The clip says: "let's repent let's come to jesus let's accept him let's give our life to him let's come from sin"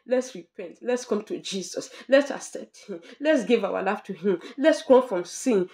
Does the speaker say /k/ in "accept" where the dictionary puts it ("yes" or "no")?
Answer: no